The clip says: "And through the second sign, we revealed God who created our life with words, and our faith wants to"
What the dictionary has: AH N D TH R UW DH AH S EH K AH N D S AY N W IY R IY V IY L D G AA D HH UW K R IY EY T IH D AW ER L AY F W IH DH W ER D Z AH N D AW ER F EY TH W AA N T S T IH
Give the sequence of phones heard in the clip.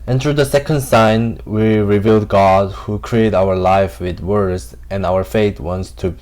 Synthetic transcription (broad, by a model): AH N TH R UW DH AH S EH K AH N D S AY N W IY R IY V IY L D G AA D HH UW K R IY EY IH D AW ER L AY F W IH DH W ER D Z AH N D AW ER F EY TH W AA N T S T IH